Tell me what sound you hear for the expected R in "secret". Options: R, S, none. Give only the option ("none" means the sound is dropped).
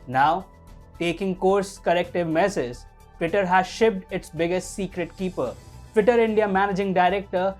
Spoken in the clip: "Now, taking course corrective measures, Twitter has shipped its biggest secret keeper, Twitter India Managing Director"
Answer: R